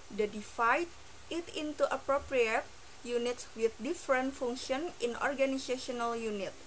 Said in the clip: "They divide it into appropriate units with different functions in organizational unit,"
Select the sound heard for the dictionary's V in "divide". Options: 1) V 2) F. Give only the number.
2